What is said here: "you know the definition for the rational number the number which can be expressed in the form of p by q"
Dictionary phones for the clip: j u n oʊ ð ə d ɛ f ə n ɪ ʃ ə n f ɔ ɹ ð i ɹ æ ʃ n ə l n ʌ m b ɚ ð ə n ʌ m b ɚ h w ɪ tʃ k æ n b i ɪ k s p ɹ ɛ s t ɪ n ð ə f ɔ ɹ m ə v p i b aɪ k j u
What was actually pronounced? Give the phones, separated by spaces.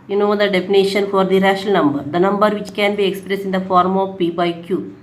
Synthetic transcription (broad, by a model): j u n oʊ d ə d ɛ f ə n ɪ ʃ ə n f ɔ ɹ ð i ɹ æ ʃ ə l n ʌ m b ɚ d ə n ʌ m b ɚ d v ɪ tʃ k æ n b i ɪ k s p ɹ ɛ s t ɪ n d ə f ɔ ɹ m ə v p i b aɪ k j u